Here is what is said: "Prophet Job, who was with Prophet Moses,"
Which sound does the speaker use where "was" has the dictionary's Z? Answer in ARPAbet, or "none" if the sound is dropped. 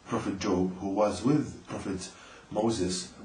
Z